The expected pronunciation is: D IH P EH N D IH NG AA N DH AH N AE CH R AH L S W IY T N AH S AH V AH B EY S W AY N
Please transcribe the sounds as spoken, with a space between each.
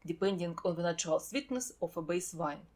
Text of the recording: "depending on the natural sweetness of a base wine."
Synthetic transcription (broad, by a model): D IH P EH N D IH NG AA N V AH N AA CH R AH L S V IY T N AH S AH F AH B EY S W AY N